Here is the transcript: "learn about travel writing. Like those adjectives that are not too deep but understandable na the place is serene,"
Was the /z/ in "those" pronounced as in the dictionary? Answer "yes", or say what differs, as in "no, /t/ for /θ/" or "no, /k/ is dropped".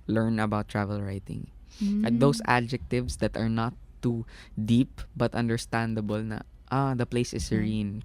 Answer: no, /s/ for /z/